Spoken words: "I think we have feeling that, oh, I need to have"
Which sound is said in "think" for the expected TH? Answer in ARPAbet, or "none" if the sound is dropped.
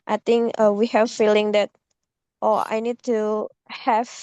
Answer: T